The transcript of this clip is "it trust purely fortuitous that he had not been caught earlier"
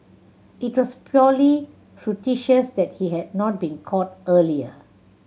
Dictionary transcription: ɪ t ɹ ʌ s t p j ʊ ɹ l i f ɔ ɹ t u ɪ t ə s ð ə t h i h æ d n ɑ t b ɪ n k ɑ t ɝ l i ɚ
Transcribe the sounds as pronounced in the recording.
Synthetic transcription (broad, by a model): ɪ t w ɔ s p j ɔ l i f ɹ t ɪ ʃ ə s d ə t h i h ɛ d n ɑ t b ɪ n k ɑ t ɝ l i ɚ